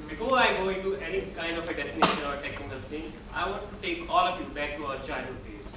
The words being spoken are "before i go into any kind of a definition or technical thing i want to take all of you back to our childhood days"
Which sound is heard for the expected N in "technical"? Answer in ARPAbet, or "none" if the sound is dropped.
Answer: none